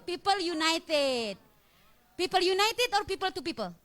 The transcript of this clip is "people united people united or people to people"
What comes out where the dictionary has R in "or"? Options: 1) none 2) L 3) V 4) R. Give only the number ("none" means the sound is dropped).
4